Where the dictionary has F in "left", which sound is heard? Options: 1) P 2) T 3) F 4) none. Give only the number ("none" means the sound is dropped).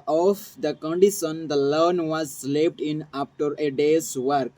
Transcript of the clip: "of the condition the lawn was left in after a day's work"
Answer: 1